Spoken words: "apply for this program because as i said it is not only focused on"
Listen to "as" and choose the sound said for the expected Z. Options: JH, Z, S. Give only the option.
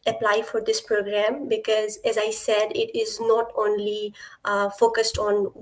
Z